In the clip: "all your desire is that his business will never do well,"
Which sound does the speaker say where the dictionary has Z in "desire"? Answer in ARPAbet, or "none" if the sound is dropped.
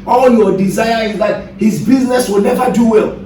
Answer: Z